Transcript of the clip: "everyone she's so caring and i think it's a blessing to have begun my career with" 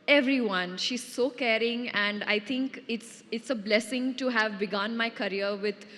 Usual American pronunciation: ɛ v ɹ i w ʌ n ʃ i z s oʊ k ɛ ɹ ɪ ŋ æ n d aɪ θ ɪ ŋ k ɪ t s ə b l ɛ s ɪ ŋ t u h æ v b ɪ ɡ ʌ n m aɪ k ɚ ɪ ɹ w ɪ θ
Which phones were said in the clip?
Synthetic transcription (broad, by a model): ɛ v ɹ i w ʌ n ʃ i z s oʊ k ɛ ɹ ɪ ŋ æ n d aɪ t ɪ ŋ k ɪ t s ə b l ɛ s ɪ ŋ t u h æ v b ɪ ɡ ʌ n m aɪ k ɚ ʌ ɹ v ɪ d